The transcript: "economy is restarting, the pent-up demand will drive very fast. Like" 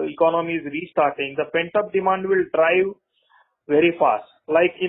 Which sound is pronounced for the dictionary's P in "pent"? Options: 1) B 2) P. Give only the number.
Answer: 2